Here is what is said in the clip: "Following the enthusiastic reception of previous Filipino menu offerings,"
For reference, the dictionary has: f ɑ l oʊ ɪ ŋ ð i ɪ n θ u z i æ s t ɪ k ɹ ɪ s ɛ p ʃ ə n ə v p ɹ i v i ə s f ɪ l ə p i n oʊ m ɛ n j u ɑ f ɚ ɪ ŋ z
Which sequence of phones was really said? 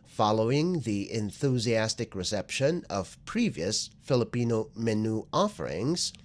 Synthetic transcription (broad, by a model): f ɑ l oʊ ɪ ŋ ð i ɪ n θ u z i æ s t ɪ k ɹ ɪ s ɛ p ʃ ə n ə v p ɹ i v i ə s f ɪ l ə p i n oʊ m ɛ n u ɑ f ɚ ɪ ŋ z